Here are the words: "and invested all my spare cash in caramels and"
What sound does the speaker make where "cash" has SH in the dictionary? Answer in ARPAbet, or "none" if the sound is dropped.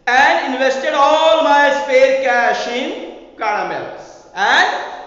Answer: SH